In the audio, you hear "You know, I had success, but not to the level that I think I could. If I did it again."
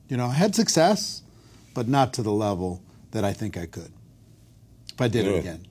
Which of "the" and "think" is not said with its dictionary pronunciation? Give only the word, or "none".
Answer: none